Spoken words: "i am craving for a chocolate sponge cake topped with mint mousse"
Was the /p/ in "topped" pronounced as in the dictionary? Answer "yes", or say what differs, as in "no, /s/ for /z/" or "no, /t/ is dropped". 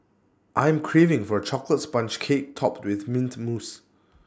yes